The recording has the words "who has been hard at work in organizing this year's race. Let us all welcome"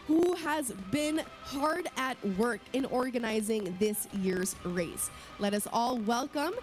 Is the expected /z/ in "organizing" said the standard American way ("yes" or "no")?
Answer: yes